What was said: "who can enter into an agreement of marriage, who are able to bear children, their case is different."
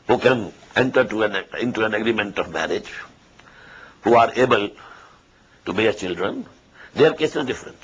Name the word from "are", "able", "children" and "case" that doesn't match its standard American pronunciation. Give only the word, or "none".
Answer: none